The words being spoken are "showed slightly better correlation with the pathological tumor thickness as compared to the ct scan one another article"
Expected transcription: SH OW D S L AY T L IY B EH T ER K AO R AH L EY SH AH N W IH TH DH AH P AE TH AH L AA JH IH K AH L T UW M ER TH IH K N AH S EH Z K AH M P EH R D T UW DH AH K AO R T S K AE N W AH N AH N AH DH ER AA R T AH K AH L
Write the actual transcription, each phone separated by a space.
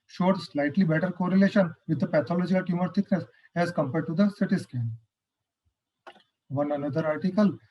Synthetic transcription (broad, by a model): SH OW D S L AY T L IY B EH T ER K AO R AH L EY SH AH N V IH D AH P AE T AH L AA JH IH AH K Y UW M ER T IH K N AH S EH Z K AH M P EH R D T UW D AH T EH T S K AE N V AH N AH N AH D ER AA R T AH K AH L